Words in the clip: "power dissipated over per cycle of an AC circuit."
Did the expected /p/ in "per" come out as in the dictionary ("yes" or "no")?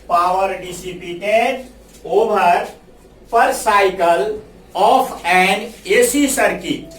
yes